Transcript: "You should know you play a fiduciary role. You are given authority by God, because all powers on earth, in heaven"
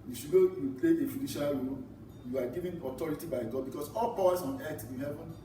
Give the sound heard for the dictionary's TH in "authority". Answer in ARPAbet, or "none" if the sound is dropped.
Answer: T